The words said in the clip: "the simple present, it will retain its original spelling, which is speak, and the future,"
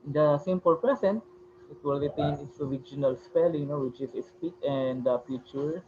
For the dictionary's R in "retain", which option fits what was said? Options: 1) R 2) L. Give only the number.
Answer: 2